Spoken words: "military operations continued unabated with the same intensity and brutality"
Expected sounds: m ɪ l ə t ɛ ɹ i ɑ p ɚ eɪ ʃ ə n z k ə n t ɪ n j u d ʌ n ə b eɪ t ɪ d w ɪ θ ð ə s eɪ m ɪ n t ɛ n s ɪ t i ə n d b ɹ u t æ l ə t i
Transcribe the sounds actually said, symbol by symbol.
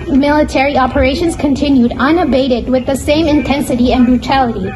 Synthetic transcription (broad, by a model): m ɪ l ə t ɛ ɹ i ɑ p ɚ eɪ ʃ ə n z k ə n t ɪ n j u d ʌ n ə b eɪ t ɪ d w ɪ ð ə s eɪ m ɪ n t ɛ n s ɪ t i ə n b ɹ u t æ l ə t i